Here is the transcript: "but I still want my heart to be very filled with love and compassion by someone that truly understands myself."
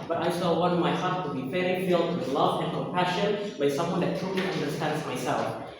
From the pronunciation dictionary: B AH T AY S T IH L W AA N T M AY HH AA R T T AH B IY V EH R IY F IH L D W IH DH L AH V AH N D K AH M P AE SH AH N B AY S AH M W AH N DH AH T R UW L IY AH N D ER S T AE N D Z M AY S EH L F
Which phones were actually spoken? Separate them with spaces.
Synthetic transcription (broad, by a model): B AH T AY S T IH L W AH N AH M AY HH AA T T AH B IY F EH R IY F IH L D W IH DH L AH V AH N K AH M P AE SH AH N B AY S AH M W AH N DH AH T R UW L IY AH N D ER S T AE N D Z M AY S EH L F